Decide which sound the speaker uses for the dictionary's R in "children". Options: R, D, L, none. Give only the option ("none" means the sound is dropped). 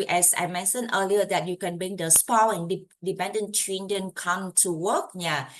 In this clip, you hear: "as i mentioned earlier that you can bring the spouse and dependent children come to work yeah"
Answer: none